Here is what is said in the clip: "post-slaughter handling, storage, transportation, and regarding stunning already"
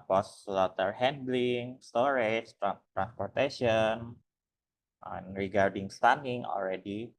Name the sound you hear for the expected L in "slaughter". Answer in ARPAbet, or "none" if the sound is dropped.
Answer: L